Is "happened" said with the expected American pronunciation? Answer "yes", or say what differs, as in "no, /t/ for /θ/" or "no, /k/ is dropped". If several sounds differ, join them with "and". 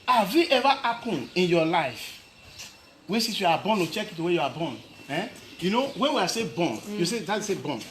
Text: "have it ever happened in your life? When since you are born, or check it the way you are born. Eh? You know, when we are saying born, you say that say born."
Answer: no, /d/ is dropped